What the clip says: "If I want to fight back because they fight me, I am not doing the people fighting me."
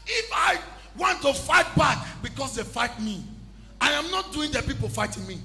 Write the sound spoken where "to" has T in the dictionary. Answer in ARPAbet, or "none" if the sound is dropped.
T